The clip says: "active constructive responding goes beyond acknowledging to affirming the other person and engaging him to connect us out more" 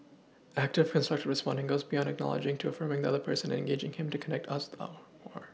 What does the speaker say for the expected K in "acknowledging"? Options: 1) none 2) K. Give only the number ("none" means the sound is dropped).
2